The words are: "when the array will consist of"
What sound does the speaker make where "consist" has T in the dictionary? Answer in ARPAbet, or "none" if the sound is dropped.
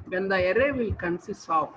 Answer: none